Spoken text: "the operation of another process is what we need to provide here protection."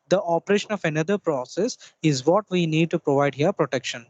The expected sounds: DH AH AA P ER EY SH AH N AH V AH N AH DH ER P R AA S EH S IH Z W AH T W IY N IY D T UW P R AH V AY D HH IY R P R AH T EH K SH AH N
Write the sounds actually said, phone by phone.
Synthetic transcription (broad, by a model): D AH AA P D EY SH AH N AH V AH N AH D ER P R AA S EH S IH Z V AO T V IY N IY D T UW P R AH V AY D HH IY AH P R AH T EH K SH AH N